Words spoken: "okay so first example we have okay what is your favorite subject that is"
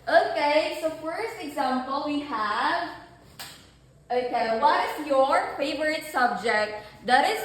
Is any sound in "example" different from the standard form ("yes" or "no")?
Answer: no